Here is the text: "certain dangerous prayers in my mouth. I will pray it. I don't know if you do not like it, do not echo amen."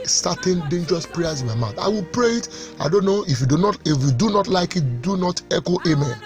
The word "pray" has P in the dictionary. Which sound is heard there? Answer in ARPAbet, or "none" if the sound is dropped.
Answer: P